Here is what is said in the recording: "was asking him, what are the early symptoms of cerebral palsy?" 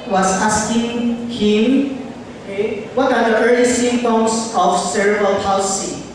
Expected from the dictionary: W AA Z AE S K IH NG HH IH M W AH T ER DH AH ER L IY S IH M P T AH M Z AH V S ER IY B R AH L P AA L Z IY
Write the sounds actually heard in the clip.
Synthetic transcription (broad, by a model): W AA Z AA S K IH NG HH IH M W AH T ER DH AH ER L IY S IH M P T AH M S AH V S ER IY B AH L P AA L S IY